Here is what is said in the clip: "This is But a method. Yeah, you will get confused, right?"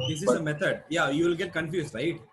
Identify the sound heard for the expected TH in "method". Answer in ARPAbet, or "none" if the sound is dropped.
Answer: T